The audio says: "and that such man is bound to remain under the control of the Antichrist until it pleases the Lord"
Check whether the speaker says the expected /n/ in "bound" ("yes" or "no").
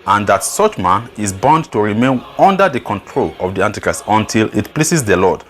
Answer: yes